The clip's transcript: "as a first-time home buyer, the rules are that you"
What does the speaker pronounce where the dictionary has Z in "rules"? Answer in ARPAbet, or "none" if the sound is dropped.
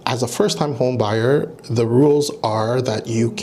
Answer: Z